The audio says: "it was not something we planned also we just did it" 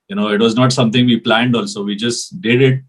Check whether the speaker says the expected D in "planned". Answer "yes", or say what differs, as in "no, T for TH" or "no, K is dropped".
yes